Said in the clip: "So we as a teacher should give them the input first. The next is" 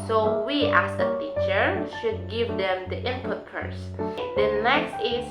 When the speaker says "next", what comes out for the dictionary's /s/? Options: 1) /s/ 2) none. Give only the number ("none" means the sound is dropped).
1